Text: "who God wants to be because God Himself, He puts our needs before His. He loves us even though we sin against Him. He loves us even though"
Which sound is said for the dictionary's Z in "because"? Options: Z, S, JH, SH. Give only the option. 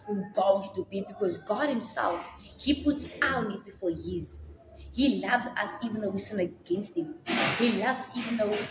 Z